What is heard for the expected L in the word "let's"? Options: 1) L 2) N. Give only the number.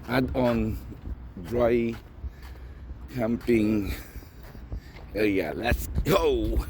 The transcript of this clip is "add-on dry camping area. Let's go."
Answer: 1